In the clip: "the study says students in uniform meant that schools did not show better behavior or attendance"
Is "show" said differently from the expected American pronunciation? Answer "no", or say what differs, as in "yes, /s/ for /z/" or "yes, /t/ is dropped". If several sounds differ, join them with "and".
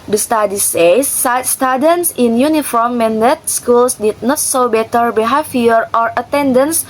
yes, /s/ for /ʃ/